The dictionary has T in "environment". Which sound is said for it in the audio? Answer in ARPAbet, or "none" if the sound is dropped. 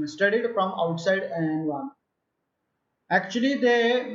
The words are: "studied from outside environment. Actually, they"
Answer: none